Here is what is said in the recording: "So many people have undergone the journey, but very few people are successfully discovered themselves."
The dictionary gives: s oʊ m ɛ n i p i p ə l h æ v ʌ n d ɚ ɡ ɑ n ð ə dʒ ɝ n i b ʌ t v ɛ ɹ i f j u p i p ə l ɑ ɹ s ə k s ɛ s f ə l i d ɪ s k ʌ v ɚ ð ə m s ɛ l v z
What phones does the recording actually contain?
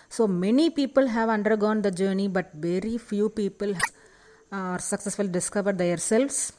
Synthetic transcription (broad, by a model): s oʊ m ɛ n i p i p ə l h æ v ʌ n d ɚ ɡ ɑ n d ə dʒ ɝ n i b ʌ t v ɛ ɹ i f j u p i p ə l ɑ ɹ s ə k s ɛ s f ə l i d ɪ s k ʌ v ɚ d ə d s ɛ l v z